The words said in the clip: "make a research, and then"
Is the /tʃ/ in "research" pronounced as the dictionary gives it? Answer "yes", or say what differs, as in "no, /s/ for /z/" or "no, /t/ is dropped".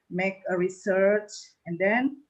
yes